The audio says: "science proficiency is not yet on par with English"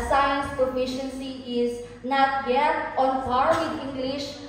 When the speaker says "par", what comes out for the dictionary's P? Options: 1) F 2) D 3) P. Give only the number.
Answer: 1